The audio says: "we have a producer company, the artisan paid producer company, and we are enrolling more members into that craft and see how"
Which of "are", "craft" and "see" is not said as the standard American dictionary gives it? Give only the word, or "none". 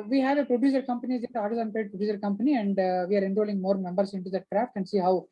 none